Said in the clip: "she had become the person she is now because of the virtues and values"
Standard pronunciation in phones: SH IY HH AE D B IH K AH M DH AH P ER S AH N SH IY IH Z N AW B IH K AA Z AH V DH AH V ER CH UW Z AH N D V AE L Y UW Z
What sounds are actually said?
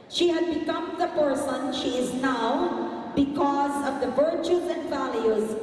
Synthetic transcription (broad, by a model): SH IY HH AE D B IH K AH M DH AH P ER S AH N SH IY IH Z N AW B IH K AA Z AH V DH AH V ER CH UW Z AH N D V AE L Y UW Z